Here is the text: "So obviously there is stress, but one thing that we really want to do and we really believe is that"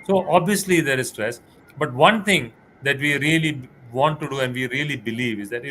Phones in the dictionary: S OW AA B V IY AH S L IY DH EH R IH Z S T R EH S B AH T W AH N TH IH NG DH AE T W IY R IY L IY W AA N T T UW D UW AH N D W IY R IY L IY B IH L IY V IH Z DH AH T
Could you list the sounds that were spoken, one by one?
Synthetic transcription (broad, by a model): S OW AA B V IY AH S L IY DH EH R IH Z S T R EH S B AH T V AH N T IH NG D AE T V IY R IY L IY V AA N T T UW D UW AH N D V IY R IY L IY B IH L IY V IH Z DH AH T